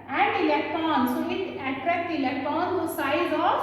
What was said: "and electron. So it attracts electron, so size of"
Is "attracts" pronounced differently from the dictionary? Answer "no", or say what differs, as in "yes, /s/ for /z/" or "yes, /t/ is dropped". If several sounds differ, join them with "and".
yes, /s/ is dropped